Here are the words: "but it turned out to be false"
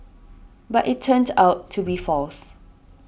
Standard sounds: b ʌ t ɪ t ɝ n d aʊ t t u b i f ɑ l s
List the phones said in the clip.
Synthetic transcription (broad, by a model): b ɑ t ɪ t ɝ n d aʊ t t u b i f ɑ l s